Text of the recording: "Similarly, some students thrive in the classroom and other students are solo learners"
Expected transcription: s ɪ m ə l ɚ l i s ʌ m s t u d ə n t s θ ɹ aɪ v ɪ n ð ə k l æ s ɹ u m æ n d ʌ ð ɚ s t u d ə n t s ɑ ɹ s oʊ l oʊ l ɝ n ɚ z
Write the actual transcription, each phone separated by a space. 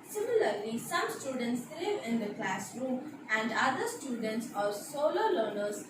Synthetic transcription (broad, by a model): s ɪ m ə l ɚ l i s ʌ m s t u d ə n t s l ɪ v ɪ n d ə k l æ s ɹ u m æ n d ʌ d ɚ s t u d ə n t s ɑ ɹ s oʊ l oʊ l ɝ n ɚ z